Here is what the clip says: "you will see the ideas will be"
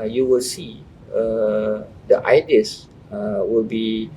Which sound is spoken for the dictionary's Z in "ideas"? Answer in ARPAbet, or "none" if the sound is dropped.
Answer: none